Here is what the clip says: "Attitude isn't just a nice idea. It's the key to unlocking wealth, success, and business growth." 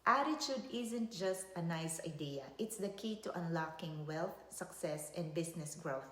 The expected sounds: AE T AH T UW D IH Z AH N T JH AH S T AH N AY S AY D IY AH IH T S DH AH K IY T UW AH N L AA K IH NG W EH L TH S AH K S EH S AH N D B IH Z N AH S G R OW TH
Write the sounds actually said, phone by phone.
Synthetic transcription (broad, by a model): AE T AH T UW D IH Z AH N T JH AH S T AH N AY S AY D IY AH IH T S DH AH K IY T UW AH N L AA K IH NG W EH L TH S AH K S EH S AH N D B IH S N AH S G R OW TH